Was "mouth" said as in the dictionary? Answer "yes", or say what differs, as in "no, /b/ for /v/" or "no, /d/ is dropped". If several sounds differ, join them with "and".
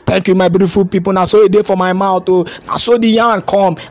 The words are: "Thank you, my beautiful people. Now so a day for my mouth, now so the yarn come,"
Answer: no, /t/ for /θ/